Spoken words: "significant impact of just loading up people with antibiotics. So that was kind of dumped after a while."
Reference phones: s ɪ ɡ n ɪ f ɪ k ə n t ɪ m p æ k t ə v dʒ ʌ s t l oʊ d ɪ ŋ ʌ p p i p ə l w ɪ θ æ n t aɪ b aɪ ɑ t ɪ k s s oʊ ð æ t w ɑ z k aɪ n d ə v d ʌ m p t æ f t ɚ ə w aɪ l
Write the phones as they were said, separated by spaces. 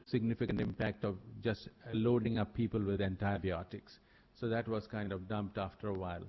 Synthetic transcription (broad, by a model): s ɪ ɡ n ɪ f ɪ k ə n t ɪ m p æ k t ə v dʒ ʌ s t l oʊ d ɪ ŋ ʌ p p i p ə l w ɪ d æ n t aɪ b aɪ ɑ t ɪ k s s oʊ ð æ t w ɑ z k aɪ n d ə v d ʌ m p t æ f t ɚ ə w aɪ l